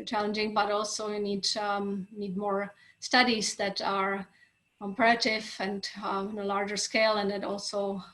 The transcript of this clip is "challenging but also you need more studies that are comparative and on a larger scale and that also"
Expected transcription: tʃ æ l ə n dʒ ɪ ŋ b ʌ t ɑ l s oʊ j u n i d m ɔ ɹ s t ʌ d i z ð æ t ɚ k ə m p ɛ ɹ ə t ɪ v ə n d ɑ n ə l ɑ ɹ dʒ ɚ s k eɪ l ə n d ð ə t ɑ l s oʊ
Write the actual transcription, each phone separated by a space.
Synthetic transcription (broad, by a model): tʃ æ l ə n dʒ ɪ ŋ b ʌ t ɑ l s oʊ j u n i d m ɔ ɹ s t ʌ d i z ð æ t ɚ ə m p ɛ ə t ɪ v ə n d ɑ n ə l ɑ ɹ dʒ ɚ s k eɪ l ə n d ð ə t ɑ l s oʊ